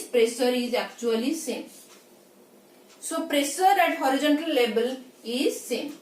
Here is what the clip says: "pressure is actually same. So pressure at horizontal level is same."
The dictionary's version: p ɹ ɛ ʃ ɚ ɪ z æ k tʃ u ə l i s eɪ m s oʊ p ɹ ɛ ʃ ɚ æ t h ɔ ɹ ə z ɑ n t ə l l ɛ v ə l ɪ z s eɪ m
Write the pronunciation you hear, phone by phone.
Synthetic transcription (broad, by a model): p ɹ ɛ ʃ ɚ ɪ z æ k tʃ u ə l i s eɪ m s oʊ p ɹ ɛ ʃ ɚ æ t h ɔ ɹ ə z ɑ n t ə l l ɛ b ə l ɪ z s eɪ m